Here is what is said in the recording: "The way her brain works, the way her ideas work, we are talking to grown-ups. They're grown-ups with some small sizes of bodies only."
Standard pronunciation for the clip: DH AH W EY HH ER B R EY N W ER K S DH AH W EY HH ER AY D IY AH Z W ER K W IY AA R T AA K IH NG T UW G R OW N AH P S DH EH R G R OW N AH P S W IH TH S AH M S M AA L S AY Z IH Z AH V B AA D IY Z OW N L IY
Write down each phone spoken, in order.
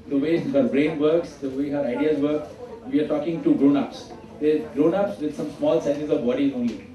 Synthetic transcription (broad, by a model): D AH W EY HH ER B R EY N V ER K S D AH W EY HH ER AY D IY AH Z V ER K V IY AA R T AA K IH NG T UW G R OW N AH P S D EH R G R OW N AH P S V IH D S AH M S M AA L S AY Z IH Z AH V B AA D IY OW N L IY